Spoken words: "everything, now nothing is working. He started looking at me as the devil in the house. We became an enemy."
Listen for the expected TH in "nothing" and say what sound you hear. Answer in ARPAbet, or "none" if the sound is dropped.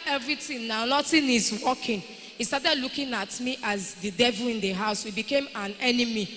T